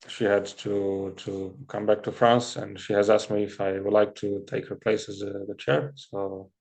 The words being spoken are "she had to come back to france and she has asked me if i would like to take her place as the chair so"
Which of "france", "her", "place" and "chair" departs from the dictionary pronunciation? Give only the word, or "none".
none